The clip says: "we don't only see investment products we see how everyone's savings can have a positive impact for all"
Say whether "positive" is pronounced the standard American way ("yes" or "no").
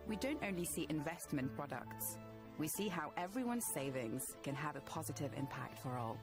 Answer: yes